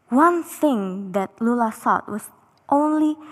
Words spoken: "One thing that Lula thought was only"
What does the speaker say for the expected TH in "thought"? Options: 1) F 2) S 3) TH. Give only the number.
2